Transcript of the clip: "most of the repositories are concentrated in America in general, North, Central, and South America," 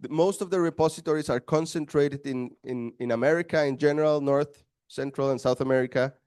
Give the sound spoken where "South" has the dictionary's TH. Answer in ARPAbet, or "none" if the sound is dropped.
TH